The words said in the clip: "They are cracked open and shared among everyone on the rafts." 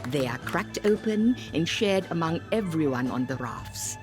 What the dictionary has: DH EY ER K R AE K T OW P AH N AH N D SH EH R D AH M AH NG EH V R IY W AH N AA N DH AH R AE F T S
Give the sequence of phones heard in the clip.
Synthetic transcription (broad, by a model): DH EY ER K R AE K T OW P AH N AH N SH EH R D AH M AH NG EH V R IY W AH N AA N DH AH R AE F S